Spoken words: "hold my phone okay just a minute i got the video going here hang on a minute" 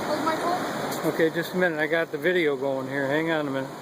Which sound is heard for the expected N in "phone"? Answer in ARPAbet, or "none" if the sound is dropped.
none